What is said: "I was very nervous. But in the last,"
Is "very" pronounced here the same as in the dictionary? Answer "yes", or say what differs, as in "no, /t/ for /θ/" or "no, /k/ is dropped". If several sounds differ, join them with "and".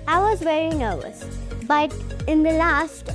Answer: yes